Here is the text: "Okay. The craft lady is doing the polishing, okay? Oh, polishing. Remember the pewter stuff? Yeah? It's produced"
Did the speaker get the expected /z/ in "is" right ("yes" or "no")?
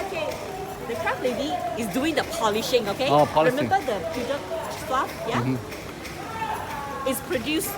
no